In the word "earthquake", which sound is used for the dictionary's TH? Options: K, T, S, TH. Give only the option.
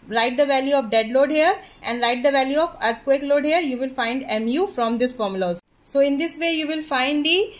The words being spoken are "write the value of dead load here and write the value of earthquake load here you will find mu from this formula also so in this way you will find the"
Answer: T